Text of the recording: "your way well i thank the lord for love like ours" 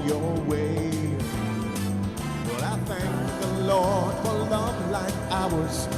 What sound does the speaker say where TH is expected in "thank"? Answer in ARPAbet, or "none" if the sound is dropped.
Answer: TH